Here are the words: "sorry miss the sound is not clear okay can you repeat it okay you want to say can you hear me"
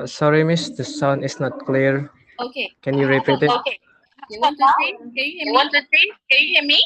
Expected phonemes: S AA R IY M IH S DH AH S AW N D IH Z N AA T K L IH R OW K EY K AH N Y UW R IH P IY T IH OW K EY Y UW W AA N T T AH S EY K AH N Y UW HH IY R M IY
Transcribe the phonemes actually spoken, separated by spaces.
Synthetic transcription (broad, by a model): S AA R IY M IH S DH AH S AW N IH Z N AA T K L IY R OW K EY K AH N Y UW R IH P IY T IH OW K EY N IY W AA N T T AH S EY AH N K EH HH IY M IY